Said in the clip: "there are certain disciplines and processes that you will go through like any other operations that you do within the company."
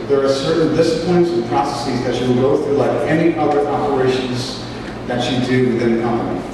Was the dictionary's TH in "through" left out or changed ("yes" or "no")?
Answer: no